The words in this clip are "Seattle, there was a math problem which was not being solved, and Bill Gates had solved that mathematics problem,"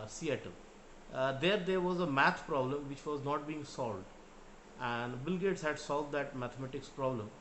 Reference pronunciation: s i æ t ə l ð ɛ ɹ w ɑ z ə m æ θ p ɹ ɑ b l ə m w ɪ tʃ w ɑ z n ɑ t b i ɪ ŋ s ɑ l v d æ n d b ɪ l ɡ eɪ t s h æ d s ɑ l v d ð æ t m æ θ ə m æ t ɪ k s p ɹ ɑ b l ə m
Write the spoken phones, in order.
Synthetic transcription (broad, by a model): s i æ t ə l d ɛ ɹ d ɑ z ə m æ t p ɹ ɑ b l ə m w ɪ tʃ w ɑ z n ɑ t b i ɪ ŋ s ɑ l v d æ n d b ɪ l ɡ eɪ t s h æ d s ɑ l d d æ t m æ t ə m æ t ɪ k s p ɹ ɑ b l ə m